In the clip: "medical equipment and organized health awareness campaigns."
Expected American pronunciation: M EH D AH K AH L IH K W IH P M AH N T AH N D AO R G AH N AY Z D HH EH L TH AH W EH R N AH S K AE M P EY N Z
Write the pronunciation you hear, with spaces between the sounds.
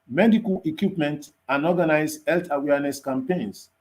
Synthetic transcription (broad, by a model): M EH D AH K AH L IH K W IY P M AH N T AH N AO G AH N AY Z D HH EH L T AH W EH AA N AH S K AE M P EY N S